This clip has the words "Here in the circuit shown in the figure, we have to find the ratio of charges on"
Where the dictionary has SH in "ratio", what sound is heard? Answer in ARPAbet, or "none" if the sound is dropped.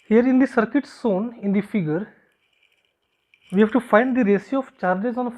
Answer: S